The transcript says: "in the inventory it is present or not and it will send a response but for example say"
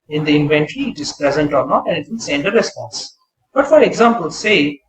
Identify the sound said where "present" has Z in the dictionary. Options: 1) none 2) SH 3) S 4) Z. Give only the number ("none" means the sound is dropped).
4